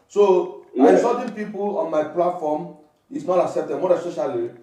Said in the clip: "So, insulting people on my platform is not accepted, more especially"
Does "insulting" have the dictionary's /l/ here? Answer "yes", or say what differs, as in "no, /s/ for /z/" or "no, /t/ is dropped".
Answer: no, /l/ is dropped